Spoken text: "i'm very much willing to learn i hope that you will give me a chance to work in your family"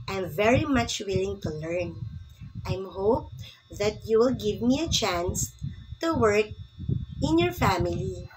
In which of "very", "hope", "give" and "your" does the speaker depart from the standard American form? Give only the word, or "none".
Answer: none